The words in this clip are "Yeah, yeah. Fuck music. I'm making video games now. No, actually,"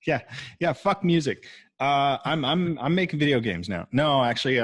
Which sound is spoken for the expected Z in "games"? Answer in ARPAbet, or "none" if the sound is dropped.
Z